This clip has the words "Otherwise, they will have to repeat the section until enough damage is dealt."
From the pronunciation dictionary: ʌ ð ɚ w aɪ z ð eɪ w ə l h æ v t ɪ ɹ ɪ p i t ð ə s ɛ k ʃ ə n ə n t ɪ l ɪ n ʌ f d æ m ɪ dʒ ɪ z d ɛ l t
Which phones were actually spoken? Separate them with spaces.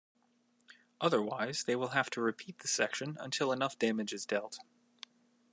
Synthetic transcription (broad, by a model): ʌ ð ɚ w aɪ z ð eɪ w ə l h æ f t ɪ ɹ ɪ p i t ð ə s ɛ k ʃ ə n ə n t ɪ l ɪ n ʌ f d æ m ɪ dʒ ɪ z d ɛ l t